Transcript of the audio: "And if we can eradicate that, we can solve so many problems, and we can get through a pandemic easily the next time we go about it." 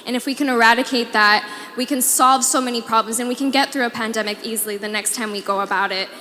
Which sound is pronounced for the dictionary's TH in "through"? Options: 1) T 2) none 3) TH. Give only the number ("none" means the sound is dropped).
3